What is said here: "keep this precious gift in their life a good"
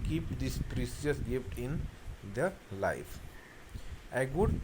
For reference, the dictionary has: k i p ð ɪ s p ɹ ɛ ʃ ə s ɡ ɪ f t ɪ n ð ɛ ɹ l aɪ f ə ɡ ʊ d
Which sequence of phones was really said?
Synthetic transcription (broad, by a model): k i p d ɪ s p ɹ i s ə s ɡ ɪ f t ɪ n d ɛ ɹ l aɪ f ə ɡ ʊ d